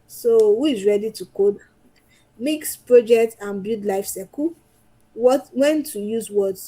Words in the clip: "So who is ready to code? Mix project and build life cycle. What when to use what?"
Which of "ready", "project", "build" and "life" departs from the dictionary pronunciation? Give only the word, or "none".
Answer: build